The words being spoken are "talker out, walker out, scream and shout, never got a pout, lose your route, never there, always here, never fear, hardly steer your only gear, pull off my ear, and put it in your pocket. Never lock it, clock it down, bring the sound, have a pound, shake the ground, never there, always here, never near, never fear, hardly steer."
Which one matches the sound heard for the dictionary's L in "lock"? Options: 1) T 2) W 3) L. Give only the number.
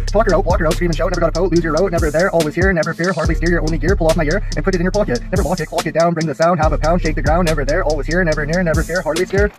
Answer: 2